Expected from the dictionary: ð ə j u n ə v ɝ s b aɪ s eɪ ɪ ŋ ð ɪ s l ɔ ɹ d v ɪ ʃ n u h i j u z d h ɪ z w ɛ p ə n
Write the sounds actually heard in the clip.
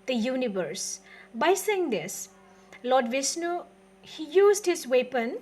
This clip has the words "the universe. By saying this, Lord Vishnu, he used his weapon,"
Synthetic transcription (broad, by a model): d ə j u n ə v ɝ s b aɪ s eɪ ɪ ŋ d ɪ s l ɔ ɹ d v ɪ s n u h i j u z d h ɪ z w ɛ p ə n